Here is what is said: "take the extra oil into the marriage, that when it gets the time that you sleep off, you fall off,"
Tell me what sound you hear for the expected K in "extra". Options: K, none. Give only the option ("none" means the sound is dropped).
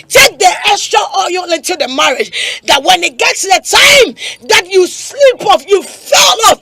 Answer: none